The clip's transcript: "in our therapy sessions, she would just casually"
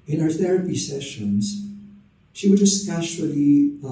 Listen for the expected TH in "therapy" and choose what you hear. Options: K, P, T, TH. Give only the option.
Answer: TH